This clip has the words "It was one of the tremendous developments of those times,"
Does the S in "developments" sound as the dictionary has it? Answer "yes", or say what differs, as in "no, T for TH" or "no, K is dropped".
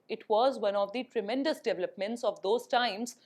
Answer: yes